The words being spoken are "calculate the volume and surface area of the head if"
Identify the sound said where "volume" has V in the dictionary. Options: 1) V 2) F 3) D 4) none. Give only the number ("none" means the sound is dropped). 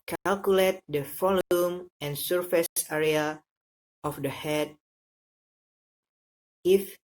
2